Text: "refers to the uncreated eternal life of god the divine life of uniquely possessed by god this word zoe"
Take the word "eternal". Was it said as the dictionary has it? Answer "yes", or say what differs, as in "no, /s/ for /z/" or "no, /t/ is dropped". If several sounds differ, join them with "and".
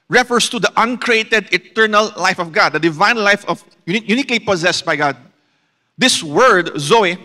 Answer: yes